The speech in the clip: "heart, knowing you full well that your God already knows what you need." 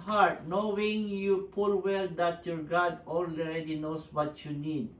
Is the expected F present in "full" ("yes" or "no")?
no